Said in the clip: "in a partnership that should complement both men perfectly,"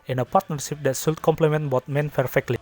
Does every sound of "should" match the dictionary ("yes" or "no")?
no